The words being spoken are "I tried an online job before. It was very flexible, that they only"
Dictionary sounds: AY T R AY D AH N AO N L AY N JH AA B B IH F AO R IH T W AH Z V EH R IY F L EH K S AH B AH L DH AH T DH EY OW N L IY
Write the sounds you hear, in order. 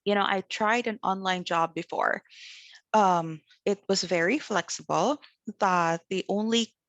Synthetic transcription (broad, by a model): AY T R AY D AH N AO N L AY N JH AA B B IH F AO R IH T W AH Z V EH R IY F L EH K S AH B L DH AH T DH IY OW N L IY